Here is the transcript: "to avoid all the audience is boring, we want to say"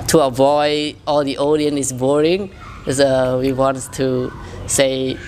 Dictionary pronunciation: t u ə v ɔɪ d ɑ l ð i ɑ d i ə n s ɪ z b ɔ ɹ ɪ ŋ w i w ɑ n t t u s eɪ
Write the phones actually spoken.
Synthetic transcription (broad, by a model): t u ə v ɔɪ d ɑ l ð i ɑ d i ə n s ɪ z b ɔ ɹ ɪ ŋ w i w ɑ n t t u s eɪ